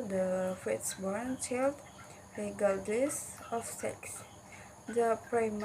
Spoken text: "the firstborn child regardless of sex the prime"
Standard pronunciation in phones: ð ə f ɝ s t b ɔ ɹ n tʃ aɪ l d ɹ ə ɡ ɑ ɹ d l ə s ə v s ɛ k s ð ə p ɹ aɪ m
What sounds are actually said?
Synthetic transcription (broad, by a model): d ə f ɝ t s b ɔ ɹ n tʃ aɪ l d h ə ɡ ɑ l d ə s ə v s ɛ k s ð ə p ɹ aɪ m